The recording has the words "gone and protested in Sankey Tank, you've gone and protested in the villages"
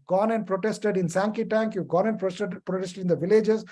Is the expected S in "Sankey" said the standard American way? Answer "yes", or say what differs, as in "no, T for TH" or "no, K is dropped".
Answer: yes